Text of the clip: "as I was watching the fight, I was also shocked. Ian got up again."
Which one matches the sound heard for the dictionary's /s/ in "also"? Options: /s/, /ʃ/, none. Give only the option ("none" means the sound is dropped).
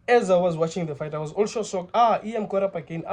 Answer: /ʃ/